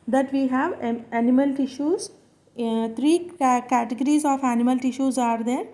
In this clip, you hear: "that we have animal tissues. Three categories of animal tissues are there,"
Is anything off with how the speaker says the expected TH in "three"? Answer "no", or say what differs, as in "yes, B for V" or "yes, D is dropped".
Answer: yes, T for TH